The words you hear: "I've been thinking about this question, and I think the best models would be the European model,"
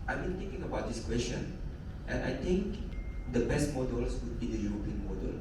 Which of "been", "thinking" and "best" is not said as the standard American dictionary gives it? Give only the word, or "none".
thinking